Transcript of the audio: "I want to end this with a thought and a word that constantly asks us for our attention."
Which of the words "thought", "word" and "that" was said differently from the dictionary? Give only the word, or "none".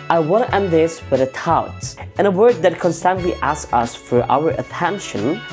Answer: thought